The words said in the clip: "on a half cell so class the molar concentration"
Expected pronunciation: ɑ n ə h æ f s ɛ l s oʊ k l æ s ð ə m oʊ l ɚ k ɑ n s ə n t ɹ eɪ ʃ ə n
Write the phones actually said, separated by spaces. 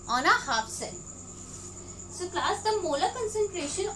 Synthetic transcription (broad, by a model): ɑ n ə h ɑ p s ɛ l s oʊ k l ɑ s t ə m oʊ l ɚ k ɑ n s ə n t ɹ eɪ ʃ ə n